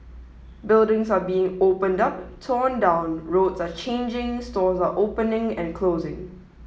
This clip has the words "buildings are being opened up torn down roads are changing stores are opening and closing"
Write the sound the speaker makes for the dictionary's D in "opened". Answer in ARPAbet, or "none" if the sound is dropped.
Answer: D